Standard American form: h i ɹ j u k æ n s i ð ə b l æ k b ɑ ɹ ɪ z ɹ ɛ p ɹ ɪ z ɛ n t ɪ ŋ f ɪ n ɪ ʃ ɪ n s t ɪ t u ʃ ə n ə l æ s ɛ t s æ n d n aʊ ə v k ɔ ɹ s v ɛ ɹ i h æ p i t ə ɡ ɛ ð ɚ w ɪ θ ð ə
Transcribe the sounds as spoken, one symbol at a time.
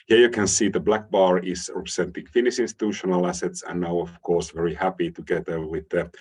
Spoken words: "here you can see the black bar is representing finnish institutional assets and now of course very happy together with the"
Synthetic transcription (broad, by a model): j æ j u k æ n s i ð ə b l æ k b ɑ ɹ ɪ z ɹ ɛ p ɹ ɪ s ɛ n t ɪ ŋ f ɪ n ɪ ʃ ɪ n s t ɪ t u ʃ ə n ə l æ s ɛ t s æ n n aʊ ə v k ɔ ɹ s v ɛ ɹ i h æ p i t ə ɡ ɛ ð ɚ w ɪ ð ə